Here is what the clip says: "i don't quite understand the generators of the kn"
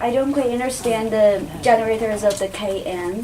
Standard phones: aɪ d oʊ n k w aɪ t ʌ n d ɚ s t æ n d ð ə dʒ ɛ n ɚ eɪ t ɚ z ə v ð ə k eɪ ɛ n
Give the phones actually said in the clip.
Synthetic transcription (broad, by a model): aɪ d oʊ n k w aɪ ʌ n d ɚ s t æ n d ð ə dʒ ɛ n ɚ eɪ t ɚ z ə v ð ə k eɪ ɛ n